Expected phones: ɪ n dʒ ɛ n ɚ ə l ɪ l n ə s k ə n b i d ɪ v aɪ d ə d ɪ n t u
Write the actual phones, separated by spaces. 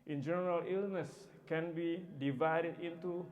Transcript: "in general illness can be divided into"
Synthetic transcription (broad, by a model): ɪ n dʒ ɛ n ɚ ə l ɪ l n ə s k ə n b i d ɪ v aɪ d ə d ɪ n t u